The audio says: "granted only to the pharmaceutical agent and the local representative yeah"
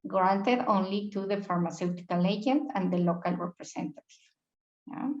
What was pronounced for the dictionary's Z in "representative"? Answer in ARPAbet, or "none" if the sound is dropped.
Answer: S